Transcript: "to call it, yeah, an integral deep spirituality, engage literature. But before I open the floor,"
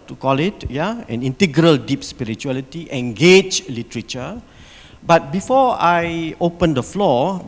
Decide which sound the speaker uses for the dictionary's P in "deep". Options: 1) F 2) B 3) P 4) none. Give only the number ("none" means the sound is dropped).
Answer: 3